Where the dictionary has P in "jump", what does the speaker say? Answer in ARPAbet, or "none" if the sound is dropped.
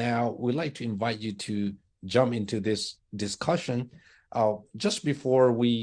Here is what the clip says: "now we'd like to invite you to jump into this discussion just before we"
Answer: P